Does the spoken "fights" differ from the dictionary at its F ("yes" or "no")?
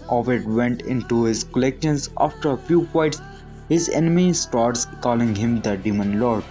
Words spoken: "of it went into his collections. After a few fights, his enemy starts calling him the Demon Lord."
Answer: yes